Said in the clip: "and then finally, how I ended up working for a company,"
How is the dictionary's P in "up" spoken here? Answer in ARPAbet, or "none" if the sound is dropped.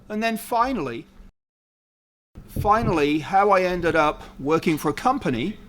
P